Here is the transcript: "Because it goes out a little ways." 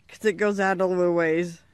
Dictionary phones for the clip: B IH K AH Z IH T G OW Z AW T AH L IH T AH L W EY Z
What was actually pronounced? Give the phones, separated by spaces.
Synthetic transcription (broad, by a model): K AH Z IH T G OW Z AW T AH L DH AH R W EY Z